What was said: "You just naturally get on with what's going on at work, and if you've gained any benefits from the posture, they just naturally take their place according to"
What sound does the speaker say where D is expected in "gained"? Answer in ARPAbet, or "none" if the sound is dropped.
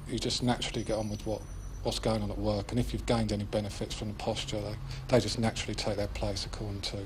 D